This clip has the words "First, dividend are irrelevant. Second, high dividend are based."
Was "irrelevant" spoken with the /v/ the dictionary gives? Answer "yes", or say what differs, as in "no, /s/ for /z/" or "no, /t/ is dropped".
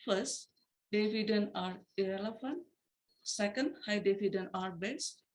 no, /f/ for /v/